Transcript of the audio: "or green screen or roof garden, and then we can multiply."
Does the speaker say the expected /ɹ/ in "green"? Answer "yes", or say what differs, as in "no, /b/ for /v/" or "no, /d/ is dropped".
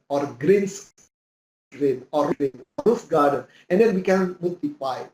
yes